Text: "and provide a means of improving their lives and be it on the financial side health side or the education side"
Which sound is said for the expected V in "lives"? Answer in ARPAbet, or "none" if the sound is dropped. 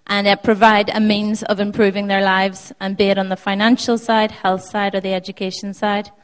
V